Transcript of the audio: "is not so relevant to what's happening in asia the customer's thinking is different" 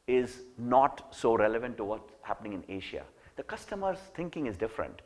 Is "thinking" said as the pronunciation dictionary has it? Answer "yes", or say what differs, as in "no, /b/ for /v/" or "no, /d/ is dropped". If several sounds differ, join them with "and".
no, /t/ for /θ/